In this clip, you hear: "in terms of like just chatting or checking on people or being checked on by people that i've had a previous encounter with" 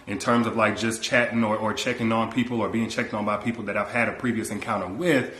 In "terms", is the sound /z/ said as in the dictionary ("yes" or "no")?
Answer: yes